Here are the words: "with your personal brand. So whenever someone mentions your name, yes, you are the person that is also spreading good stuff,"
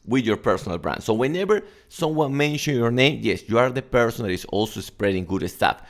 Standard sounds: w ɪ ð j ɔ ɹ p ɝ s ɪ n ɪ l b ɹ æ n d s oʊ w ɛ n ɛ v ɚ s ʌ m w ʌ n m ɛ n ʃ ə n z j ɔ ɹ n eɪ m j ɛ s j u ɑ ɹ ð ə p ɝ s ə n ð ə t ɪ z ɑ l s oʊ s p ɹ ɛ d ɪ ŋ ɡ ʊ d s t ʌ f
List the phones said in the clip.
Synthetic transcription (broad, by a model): w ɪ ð j ɔ ɹ p ɝ s ɪ n ɪ l b ɹ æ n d s oʊ w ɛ n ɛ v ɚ s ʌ m w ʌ n m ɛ n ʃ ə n j ɔ ɹ n eɪ m j ɛ s j u ɑ ɹ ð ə p ɝ s ə n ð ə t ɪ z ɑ l s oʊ s p ɹ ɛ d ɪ ŋ ɡ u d s t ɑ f